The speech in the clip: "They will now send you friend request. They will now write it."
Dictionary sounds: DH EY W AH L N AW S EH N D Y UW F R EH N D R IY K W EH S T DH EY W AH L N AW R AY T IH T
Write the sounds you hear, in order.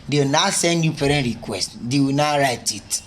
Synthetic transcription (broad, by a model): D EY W N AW S EH N D Y UW P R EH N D R IY K W EH S T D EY W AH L N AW R AY T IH T